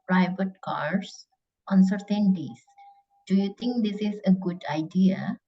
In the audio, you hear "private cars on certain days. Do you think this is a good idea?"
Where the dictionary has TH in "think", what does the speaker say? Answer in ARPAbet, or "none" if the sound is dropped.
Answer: T